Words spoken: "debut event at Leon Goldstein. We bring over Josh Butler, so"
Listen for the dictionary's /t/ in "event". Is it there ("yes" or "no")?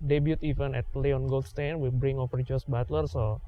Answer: no